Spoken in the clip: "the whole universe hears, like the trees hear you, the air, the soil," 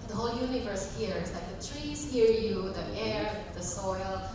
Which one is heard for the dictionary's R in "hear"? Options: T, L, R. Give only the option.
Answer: R